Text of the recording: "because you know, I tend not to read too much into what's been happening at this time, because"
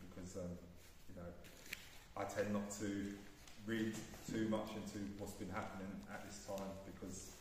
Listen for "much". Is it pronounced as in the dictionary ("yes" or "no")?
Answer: yes